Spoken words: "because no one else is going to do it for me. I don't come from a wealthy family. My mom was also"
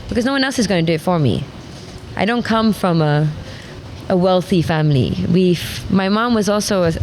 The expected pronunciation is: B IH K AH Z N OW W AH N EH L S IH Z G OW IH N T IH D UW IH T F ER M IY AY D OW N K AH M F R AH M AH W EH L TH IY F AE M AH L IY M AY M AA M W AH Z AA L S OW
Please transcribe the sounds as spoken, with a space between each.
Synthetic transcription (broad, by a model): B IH K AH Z N OW W AH N EH L S IH Z G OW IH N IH D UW IH T F ER M IY AY D OW N K AH M F R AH M AH W EH L TH IY F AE M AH W IY M AY M AA M W AH Z AA L S OW